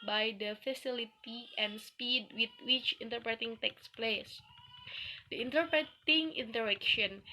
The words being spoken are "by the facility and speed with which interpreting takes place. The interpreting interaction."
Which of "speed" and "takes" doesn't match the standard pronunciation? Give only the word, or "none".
none